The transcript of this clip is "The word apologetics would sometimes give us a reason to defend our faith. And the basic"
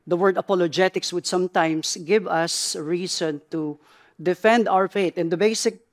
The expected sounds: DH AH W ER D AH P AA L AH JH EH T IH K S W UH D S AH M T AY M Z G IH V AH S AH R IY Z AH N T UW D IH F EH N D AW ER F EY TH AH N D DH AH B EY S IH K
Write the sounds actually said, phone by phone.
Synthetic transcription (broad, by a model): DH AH W ER D AH P AA L AH JH EH T IH K S W UH D S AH M T AY M S G IH V AH S R IY S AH N T UW D IH F EH N D AW ER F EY T AH N D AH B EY S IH K